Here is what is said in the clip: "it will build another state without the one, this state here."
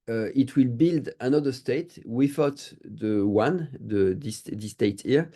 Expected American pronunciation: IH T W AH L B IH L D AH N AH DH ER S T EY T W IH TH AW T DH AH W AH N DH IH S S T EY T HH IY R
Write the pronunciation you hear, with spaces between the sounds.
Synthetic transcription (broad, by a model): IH T W AH L B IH L D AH N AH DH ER S T EY T W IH F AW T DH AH W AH N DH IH S S T EY T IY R